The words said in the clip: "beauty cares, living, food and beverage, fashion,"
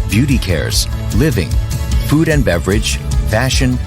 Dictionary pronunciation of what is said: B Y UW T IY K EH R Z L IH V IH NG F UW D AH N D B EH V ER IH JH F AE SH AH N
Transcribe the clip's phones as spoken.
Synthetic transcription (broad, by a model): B Y UW T IY K EH R Z L IH V IH NG F UW D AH N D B EH V ER IH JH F AE SH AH N